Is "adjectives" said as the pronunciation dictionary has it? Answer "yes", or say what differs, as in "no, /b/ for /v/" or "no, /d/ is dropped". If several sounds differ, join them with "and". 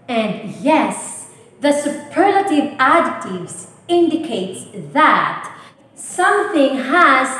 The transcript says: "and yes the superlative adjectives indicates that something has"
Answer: no, /k/ is dropped